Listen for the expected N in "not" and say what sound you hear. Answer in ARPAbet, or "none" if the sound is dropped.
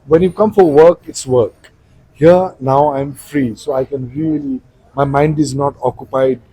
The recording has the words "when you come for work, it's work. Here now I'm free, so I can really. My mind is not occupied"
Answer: N